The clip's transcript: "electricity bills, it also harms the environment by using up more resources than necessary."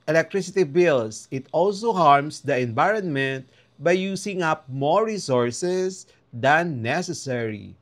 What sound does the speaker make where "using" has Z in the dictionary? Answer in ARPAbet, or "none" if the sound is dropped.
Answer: S